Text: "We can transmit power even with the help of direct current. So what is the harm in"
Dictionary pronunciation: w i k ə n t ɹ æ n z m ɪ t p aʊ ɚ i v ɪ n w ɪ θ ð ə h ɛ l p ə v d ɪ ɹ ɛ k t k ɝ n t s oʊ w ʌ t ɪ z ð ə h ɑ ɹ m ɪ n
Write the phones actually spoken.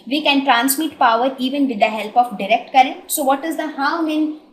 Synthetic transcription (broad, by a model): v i k ə n t ɹ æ n s m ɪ t p aʊ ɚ i v ɪ n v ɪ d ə h ɛ l p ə f d ɪ ɹ ɛ k t k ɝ t s oʊ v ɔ t ɪ z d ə h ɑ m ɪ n